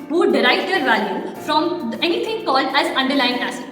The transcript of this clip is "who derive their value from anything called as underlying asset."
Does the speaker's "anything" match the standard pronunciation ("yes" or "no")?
no